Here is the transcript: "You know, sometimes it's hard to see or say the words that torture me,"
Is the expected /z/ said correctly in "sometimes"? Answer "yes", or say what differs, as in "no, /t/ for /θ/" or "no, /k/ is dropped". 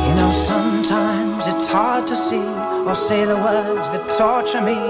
yes